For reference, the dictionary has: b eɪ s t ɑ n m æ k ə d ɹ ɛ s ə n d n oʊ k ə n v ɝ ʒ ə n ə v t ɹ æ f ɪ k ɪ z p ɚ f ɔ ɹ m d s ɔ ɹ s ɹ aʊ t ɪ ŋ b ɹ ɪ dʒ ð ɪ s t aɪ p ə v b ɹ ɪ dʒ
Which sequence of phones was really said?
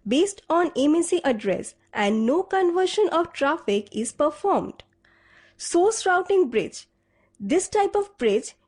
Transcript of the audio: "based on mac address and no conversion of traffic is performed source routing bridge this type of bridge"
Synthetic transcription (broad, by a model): b eɪ s t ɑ n m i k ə d ɹ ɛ s ə n d n oʊ k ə n v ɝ ʃ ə n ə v t ɹ æ f ɪ k ɪ z p ɚ f ɔ ɹ m d s ɔ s ɹ aʊ t ɪ ŋ b ɹ ɪ dʒ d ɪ s t aɪ p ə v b ɹ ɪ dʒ